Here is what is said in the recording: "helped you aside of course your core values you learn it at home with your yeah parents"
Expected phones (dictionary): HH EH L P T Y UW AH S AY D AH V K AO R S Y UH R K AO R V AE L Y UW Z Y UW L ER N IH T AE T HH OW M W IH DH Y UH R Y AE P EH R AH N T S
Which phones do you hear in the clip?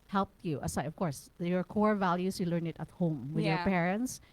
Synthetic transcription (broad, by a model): HH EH L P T Y UW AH S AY AH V K AO R S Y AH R K AO R V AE L Y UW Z Y UW L ER N IH T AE T HH OW M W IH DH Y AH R P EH R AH N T S